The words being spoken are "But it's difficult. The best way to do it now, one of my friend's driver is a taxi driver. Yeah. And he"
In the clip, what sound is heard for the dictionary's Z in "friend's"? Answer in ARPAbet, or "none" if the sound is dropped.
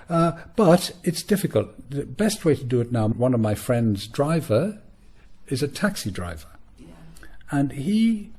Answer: Z